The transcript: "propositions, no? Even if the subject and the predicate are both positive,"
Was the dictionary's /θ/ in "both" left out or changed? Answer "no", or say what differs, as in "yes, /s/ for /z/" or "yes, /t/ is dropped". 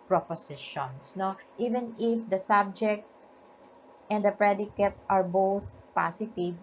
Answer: no